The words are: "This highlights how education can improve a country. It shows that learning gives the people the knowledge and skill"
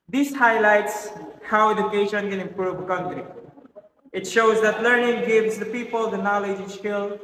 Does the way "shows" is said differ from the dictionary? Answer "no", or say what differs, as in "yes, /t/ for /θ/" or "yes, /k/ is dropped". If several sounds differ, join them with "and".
no